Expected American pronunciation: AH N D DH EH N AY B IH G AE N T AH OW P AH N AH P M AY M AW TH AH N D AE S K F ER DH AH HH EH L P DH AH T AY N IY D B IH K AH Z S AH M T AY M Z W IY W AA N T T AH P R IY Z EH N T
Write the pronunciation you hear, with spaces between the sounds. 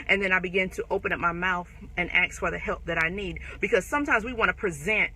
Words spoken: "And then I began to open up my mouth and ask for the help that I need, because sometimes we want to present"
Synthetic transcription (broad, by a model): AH N DH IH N AY B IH G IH N T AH OW P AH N AH P M AY M AW TH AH N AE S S F ER DH AH HH EH L P DH AH T AY N IY D B IH K AH Z S AH M T AY M Z W IY W AA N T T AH P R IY Z EH N T